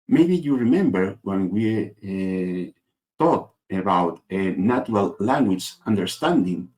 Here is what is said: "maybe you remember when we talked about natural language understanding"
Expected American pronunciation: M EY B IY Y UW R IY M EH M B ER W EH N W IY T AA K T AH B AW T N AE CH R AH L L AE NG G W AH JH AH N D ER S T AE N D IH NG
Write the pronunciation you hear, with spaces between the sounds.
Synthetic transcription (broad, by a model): M EY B IY Y UW R IY M EH M B ER W EH N W IY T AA T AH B AW T N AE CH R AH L L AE NG G W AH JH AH N D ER S T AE N D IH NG